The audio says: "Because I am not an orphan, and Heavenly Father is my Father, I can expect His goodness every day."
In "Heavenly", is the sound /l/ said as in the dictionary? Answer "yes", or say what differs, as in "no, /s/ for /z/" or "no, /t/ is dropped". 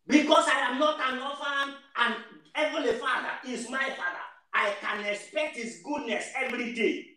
no, /l/ is dropped